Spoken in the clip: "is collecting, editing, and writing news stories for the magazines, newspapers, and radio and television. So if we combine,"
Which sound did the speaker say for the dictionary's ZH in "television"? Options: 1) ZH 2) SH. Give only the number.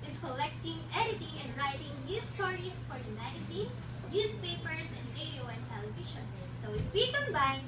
2